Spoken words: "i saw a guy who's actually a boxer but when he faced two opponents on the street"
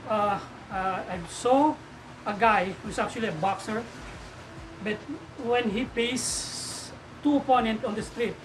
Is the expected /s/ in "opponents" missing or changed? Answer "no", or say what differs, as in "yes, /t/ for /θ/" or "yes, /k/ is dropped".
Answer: yes, /s/ is dropped